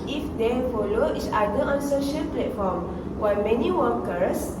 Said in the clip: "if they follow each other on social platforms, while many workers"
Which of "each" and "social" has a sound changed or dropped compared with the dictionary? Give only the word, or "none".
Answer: each